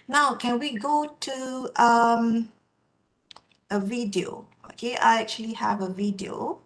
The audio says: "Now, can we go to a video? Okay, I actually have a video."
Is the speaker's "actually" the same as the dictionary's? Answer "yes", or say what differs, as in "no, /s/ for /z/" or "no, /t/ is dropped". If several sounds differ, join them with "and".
yes